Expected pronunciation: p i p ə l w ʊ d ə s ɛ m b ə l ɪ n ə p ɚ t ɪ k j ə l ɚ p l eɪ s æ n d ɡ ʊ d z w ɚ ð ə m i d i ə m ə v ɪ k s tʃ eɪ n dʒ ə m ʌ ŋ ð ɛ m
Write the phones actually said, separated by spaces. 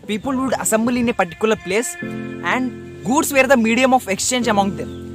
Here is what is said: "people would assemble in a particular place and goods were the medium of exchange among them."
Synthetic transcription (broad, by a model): p i p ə l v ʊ d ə s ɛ m b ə l ɪ n ə p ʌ t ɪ k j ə l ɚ p l eɪ s æ n d ɡ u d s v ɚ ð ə m i d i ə m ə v ɪ k s tʃ eɪ n dʒ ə m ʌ ŋ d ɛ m